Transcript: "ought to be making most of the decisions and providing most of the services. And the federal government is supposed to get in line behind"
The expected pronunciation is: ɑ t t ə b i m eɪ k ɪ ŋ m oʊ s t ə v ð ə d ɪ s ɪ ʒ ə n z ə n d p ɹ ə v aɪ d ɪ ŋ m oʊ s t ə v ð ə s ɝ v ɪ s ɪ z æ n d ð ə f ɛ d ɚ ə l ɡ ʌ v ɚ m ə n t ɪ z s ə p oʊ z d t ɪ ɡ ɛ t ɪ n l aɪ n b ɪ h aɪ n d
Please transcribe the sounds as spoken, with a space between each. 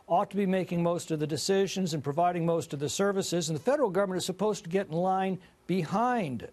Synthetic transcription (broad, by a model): ɑ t t ə b i m eɪ k ɪ ŋ m oʊ s t ə v ð ə d ɪ s ɪ ʒ ə n z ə n p ɹ ə v aɪ d ɪ ŋ m oʊ s t ə v ð ə s ɝ v ɪ s ɪ z n ð ə f ɛ d ɚ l ɡ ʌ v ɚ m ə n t ɪ z s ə p oʊ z t ɪ ɡ ɛ t n l aɪ n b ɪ h aɪ n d